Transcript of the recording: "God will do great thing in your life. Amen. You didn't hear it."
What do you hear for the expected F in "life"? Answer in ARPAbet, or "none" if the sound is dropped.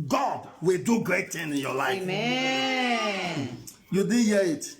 none